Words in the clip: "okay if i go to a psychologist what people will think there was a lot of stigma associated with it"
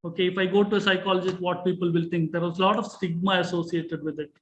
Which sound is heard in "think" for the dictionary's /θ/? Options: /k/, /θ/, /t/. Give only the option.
/t/